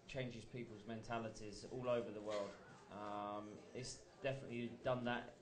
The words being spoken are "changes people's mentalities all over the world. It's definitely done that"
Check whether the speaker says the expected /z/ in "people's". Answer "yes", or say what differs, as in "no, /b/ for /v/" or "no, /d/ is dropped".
yes